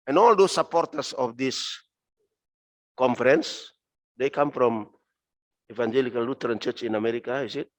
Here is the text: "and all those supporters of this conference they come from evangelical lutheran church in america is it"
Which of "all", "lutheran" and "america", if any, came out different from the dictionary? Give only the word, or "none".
lutheran